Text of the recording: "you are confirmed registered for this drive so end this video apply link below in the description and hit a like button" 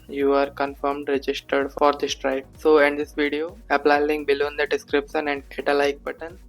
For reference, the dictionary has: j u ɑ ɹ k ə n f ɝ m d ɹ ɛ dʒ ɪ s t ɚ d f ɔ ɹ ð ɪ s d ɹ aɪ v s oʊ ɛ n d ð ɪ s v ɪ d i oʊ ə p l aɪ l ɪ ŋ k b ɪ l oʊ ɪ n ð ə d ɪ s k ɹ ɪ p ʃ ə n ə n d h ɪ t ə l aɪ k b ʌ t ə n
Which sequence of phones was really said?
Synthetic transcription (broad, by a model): j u ɑ ɹ k ə n f ɝ m d ɹ ɛ dʒ ɪ s t ɚ d f ɔ ɹ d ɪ s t ɹ aɪ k s oʊ ɛ n d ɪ s v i d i oʊ ə p l aɪ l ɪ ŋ b ɪ l oʊ n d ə d ɪ s k ɹ ɪ p ʃ ə n ə n d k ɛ t ə l aɪ k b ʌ t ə n